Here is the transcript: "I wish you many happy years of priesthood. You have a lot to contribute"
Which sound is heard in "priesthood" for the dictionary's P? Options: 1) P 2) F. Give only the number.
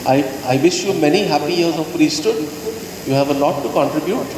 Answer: 2